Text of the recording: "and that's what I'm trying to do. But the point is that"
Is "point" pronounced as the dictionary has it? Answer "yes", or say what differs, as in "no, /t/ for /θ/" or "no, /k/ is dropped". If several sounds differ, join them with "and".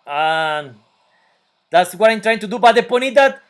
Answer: no, /t/ is dropped